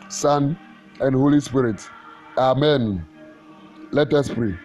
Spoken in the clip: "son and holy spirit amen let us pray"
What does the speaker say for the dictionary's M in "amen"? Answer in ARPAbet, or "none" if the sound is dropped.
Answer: M